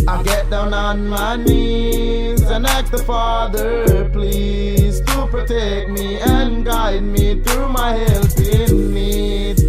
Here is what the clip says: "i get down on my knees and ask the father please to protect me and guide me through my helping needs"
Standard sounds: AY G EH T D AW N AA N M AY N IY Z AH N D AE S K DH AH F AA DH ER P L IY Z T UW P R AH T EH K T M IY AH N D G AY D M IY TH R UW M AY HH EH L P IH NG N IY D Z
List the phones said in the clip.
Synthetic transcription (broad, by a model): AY G EH T D AW N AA N M AY N IY Z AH N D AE K DH AH F AA DH ER P L IY Z T UW P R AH T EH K M IY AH N G AY D M IY TH R UW M AY HH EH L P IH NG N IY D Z